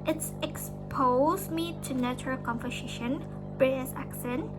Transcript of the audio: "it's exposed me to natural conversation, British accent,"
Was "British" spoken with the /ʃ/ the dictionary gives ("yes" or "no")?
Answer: no